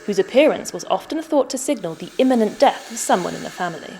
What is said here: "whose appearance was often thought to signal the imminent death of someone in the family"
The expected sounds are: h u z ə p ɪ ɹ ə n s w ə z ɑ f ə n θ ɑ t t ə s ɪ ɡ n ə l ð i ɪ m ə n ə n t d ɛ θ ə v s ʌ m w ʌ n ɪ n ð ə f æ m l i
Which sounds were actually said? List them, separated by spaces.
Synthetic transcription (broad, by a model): h u z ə p ɪ ɹ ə n s w ə z ɑ f ə n θ ɑ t t ə s ɪ ɡ n ə l ð i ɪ m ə n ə n d ɛ θ ə v s ʌ m w ʌ n ɪ n ð ə f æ m l i